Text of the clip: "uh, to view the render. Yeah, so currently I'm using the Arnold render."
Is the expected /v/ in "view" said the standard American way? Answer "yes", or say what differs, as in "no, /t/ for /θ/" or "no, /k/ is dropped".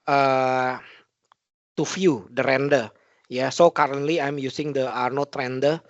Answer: no, /f/ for /v/